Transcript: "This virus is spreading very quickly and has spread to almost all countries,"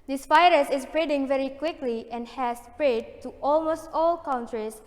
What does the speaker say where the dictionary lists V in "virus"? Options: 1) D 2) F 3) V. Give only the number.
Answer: 2